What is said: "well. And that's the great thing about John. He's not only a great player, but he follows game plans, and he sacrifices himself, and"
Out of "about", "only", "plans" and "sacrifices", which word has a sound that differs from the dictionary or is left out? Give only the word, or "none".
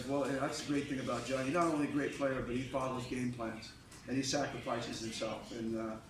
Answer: none